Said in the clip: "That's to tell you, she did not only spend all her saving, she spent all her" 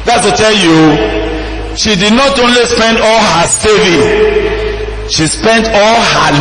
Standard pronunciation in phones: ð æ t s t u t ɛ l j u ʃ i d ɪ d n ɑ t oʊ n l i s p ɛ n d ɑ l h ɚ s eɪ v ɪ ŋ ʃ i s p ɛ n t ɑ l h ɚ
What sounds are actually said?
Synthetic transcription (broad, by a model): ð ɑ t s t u t ɛ l j u ʃ i d ɪ d n ɑ t oʊ n l i s p ɛ n d ɑ l h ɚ s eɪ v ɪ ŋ ʃ i s p ɛ n t ɑ l h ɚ